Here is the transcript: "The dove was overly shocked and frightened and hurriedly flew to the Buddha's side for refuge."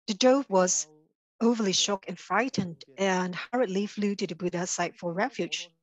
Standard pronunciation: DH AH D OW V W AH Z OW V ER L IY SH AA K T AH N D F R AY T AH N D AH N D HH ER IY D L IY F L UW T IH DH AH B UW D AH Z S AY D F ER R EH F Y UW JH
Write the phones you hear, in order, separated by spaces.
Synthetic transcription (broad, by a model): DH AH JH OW B W AH Z OW V ER L IY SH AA K AH N F R AY T AH N D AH N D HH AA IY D L IY F L UW T IH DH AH B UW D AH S AY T F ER R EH F Y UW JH